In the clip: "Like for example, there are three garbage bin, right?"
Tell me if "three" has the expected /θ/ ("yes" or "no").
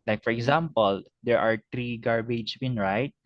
no